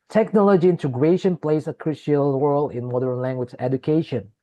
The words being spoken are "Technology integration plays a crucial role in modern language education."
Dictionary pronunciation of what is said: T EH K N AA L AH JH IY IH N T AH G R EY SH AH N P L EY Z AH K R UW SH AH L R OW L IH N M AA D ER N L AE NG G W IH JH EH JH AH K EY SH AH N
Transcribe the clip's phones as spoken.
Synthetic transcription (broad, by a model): T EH K N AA L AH JH IY IH N T AH G R EY SH AH N P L EY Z AH K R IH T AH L W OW L IH N M AA D ER N L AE NG G W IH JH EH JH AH K EY SH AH N